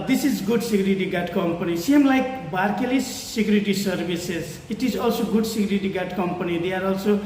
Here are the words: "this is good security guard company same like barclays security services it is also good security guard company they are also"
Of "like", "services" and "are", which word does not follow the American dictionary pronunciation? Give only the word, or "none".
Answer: services